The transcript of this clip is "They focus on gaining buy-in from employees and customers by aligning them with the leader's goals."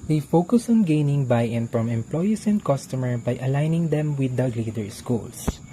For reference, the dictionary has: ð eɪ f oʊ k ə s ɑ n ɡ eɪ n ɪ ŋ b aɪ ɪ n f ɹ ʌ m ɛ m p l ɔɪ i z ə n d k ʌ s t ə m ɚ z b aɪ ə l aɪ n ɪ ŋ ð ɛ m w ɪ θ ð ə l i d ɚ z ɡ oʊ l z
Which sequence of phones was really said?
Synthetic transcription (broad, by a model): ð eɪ f oʊ k ə s ɑ n ɡ eɪ n ɪ ŋ b aɪ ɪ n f ɹ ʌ m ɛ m p l ɔɪ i s ə n d k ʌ s t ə m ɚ b aɪ ə l aɪ n ɪ ŋ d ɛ m w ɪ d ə l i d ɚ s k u l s